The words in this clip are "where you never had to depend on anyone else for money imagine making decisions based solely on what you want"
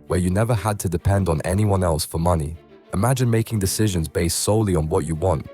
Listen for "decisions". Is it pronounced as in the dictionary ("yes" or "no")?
yes